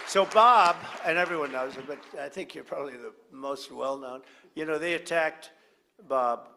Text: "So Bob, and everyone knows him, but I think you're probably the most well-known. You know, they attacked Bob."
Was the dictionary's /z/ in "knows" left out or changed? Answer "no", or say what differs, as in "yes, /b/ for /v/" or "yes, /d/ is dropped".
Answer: no